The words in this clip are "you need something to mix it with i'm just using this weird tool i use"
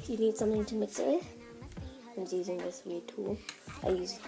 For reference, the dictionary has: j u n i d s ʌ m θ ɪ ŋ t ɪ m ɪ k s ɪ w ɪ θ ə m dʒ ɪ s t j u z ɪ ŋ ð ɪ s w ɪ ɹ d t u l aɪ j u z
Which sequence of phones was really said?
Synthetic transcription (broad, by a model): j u n i d s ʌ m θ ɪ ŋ t ɪ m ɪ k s ɪ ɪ ə m z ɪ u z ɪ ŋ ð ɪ s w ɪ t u aɪ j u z